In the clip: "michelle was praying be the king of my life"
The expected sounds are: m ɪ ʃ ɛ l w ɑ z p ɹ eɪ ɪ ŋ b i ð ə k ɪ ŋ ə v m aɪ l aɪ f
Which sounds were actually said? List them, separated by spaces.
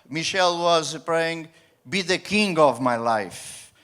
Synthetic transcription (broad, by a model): m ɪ ʃ ɛ l w ɑ z p ɹ eɪ ɪ ŋ b i ð ə k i ŋ ə v m aɪ l aɪ f